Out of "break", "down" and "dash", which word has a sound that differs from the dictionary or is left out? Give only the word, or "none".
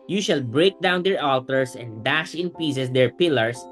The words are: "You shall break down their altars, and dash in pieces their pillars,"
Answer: none